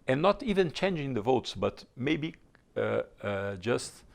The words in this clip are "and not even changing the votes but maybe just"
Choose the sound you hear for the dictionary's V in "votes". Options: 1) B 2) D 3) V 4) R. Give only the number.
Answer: 3